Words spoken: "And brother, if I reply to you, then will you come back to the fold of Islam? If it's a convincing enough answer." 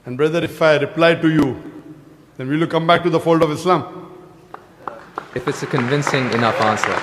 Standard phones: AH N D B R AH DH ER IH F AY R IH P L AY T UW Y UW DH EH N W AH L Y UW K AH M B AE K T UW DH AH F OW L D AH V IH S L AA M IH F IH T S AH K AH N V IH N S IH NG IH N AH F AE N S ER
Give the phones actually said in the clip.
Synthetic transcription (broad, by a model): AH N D B R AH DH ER IH F AY R IH P L AY T UW Y UW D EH N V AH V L K AH M B AE K T UW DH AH F OW L D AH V IH S L AA M IH F IH T S AH K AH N V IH N S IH NG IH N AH AE N S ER